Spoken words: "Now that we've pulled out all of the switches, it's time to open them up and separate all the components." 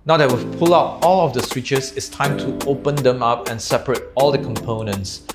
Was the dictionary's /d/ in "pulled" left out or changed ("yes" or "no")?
yes